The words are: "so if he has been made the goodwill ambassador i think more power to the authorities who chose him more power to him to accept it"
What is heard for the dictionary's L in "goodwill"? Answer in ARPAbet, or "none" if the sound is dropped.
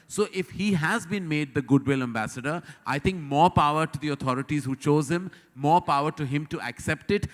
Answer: L